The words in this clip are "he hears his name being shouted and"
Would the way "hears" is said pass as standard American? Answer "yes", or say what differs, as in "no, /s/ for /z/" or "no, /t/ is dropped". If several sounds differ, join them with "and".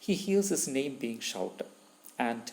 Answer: no, /l/ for /ɹ/